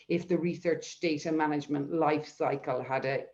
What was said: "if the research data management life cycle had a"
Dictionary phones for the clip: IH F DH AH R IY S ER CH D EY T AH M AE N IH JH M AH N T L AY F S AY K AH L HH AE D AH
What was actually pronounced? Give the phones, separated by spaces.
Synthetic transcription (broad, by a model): IH F DH AH R IY S ER CH D EY T AH M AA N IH JH M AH N T L AY F S AY K AH L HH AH D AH